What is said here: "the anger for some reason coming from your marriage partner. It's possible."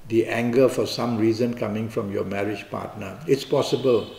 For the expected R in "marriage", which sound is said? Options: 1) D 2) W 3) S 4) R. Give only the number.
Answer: 4